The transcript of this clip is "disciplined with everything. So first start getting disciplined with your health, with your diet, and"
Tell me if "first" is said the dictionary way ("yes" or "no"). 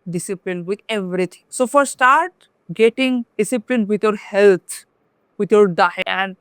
no